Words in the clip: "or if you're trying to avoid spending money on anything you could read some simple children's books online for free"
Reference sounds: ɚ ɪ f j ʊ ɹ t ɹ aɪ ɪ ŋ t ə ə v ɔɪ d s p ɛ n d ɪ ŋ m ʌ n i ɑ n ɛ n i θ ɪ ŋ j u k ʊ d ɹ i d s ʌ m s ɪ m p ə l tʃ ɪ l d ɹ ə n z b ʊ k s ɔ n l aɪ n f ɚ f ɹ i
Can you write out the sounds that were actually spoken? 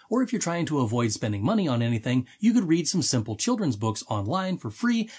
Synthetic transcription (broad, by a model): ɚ ɪ f j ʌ ɹ t ɹ aɪ ɪ ŋ t ə ə v ɔɪ d s p ɛ n d ɪ ŋ m ʌ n i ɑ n ɛ n i θ ɪ ŋ j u k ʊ d ɹ i d s ʌ m s ɪ m p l tʃ ɪ l d ɹ ə n z b ʊ k s ɔ n l aɪ n f ɚ f ɹ i